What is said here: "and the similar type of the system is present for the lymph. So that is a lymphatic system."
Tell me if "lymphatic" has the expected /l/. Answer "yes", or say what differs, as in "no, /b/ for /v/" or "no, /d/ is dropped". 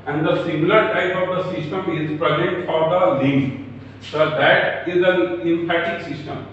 no, /n/ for /l/